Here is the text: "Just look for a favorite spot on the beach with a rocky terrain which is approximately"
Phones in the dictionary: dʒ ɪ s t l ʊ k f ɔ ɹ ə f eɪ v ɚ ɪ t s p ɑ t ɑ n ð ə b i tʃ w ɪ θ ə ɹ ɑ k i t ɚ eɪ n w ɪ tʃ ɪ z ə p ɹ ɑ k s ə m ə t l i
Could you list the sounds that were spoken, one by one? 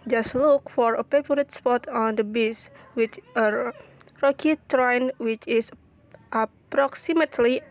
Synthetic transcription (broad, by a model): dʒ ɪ s t l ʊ k f ɔ ɹ ə p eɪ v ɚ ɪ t s p ɑ t ɑ n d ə b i s w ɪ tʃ ə ɹ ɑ k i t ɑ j n w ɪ tʃ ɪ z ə p ɹ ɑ k s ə m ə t l i